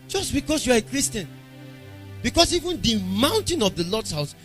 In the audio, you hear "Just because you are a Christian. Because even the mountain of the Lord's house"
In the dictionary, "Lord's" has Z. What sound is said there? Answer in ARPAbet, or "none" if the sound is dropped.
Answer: S